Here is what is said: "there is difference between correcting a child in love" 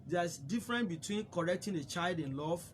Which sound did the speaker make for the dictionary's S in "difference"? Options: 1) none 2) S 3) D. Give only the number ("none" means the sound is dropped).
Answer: 1